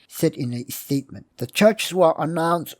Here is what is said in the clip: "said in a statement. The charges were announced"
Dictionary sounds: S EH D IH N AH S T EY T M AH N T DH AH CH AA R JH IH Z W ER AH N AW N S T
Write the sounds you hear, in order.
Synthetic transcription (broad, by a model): S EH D IH N AH S T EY T M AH N DH AH CH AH R CH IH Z W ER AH N AW N S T